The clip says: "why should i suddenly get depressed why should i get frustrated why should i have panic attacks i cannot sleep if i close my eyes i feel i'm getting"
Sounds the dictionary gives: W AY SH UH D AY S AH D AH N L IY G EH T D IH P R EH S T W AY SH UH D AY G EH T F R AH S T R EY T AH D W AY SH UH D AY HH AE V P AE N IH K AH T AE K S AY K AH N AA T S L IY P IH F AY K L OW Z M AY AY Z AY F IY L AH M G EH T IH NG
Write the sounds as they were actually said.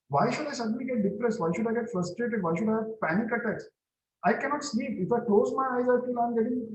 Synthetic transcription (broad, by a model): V AY SH UH D AY S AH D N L IY G EH T D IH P R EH S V AY SH UH D AY G EH T F R AH S T R EY T AH D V AY SH UH D AY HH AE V P AE N IH K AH T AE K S AY K AH N AA T S L IY P IH F AY K L OW Z M AY AY Z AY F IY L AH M G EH T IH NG